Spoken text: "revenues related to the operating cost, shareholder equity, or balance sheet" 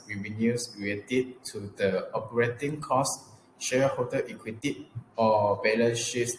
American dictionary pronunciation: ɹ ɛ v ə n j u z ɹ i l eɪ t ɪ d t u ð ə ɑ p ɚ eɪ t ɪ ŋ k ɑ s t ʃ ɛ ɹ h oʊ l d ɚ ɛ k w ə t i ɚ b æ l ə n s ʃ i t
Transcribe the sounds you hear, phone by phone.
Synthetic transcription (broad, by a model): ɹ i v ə n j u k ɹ i eɪ t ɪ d t u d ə ɑ p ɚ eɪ t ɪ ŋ k ɑ s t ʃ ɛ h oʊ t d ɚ ɛ k w ə t i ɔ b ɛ l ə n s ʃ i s